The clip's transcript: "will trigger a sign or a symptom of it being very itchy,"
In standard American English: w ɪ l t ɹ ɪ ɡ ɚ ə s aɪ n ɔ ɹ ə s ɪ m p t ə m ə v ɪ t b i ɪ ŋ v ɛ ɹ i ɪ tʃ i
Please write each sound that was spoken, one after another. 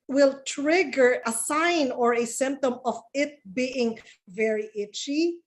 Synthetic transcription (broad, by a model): w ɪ l t ɹ ɪ ɡ ɚ ə s aɪ n ɔ ɹ ə s ɪ m p t ə m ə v ɪ t b i ɪ ŋ v ɛ ɹ i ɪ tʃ i